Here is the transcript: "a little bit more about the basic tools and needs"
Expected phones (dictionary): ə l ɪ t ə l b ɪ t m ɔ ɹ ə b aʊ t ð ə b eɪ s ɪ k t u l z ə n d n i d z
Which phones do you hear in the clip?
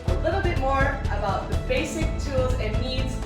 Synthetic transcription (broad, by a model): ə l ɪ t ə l b ɪ t m ɔ ɹ ə b aʊ t ð ə b eɪ s ɪ k t u l z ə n n i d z